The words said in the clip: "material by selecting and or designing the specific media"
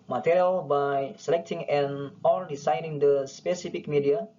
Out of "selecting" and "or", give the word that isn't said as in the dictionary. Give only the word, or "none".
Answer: or